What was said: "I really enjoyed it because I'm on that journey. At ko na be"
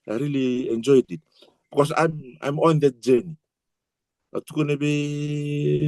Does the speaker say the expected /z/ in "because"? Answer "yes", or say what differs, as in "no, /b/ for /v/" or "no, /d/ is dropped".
no, /s/ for /z/